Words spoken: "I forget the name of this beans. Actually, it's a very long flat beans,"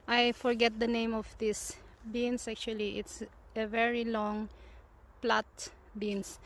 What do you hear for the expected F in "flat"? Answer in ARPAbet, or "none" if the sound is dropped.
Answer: P